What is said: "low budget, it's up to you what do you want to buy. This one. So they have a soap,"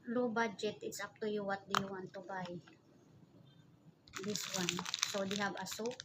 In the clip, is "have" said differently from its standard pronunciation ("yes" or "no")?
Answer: yes